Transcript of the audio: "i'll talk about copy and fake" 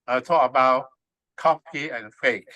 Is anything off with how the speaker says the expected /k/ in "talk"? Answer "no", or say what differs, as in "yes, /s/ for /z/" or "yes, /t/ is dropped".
yes, /k/ is dropped